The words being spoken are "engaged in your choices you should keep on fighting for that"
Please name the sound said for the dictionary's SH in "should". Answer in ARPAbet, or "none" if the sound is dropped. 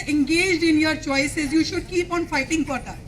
SH